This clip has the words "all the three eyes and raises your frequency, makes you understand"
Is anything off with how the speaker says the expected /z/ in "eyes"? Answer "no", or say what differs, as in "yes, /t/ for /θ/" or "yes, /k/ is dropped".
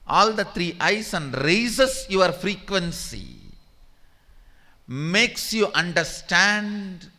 yes, /s/ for /z/